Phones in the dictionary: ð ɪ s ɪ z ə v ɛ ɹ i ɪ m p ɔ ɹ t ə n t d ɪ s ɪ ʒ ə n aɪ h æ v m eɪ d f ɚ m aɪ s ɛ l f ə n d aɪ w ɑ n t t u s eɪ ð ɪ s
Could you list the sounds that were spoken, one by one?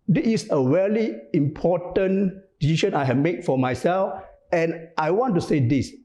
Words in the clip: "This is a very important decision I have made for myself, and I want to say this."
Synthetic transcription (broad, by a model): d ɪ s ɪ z ə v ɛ l i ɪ m p ɔ t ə n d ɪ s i ʃ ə n aɪ h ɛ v m eɪ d f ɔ m aɪ s ɛ l f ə n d aɪ w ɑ n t t u s eɪ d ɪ s